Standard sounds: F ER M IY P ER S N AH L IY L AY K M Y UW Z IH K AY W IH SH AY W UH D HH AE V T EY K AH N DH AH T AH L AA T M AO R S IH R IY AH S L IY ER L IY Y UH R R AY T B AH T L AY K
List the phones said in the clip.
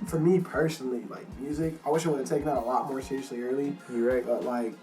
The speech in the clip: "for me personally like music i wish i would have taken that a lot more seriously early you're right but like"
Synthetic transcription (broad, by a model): F ER M IY P ER S N L IY L AY K M Y UW Z IH K AY W IH SH AY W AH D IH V T EY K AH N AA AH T AH L AA T M AO R S IH R IY AH S L IY ER L IY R R AY T B AH T L AY K